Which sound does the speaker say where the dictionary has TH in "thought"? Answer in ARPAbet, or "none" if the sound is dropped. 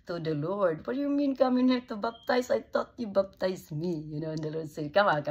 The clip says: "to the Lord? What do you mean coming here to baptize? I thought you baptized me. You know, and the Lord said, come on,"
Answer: T